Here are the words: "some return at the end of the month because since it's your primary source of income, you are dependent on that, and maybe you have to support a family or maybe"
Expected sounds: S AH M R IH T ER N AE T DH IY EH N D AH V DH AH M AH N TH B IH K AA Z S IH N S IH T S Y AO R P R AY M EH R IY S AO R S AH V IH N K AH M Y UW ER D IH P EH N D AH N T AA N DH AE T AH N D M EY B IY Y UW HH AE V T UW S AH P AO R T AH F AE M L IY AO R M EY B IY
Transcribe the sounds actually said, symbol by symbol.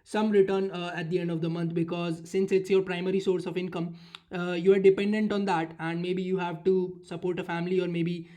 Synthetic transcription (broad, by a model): S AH M R IH T ER N AE T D IY EH N D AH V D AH M AH N T B IH K AA Z S IH N S IH T S Y AO R P R AY M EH R IY S AO R S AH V IH N K AH M Y UW ER D IH P EH N D AH N T AA N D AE T AH N D M EY B IY Y UW HH AE V T UW S AH P AO R T AH F AE M L IY AO R M EY B IY